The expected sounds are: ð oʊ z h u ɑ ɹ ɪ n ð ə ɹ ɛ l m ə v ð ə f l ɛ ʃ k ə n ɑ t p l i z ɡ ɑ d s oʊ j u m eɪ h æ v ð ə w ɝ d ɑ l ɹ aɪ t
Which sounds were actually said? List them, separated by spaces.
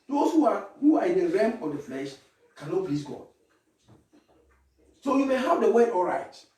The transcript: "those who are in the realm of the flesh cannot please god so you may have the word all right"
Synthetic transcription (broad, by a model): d oʊ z h u ɑ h ɪ n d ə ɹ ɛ m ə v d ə f l ɛ ʃ k ə n ɑ t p l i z ɡ ɑ d s oʊ j u m eɪ h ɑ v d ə w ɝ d ɑ l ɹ aɪ t